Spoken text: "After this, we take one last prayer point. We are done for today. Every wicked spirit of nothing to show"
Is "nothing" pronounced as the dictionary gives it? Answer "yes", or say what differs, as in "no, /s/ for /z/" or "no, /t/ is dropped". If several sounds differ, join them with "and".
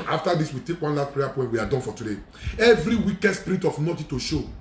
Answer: no, /t/ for /θ/